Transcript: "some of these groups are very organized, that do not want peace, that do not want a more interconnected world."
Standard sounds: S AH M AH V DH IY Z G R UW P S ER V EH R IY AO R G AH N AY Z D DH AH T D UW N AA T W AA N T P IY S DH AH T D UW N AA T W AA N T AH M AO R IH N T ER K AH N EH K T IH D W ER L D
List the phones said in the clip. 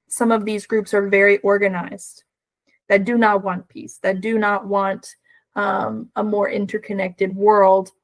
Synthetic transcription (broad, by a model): S AH M AH V DH IY Z G R UW P S ER V EH R IY AO R G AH N AY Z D DH AH T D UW N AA T W AA N P IY S DH AH T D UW N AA T W AA N T AH M AO R IH N T ER K AH N EH K T IH D W ER L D